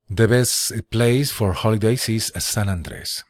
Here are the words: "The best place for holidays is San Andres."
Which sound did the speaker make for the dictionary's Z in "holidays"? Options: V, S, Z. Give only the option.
S